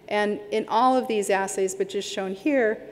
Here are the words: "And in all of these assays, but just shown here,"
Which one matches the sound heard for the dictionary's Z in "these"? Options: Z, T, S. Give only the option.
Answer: Z